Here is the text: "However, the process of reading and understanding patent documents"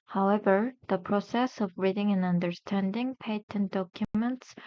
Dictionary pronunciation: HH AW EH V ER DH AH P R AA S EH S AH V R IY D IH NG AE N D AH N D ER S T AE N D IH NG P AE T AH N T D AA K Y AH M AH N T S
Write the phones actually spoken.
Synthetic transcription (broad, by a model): HH AW EH V ER DH AH P R AA S EH S AH V R IY D IH NG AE N AH N D ER S T AE N D IH NG P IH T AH N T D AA K Y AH M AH N T S